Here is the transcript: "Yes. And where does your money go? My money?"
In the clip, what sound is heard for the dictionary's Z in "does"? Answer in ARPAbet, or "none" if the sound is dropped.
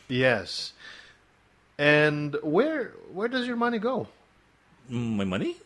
Z